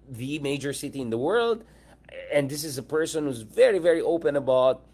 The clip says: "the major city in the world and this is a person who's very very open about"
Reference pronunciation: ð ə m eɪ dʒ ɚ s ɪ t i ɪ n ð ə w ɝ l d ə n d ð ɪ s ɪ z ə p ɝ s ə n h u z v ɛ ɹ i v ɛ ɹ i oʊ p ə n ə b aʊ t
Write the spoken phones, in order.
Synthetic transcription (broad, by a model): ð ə m eɪ dʒ ɚ s ɪ t i ɪ n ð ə w ɝ l d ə n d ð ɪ s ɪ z ə p ɝ s ə n h u z v ɛ ɹ i v ɛ ɹ i oʊ p ə n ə b aʊ t